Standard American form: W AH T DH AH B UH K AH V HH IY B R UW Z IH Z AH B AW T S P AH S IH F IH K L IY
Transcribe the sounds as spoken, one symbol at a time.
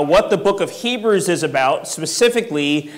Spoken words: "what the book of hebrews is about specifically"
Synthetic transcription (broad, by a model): W AH T DH AH B UH K AH V HH IY B R UW Z IH Z AH B AW T S P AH S IH F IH K L IY